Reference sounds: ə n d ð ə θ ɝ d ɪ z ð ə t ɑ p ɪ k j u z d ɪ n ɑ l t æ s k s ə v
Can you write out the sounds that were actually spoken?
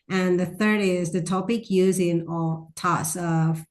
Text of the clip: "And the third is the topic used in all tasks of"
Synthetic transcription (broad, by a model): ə n ð ə θ ɝ d ɪ z ð ə t ɑ p ɪ k j u z ɪ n ɑ l t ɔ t s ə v